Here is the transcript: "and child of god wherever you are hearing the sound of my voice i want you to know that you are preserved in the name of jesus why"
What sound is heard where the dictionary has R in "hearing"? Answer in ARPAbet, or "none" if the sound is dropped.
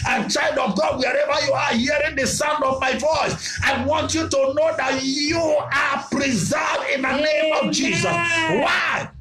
R